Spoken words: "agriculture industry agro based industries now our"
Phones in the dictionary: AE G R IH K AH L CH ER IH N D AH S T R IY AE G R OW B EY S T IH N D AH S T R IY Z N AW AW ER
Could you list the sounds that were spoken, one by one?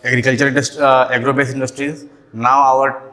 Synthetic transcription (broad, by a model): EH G R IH K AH L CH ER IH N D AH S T IY G R OW B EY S IH N D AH S T R IY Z N AW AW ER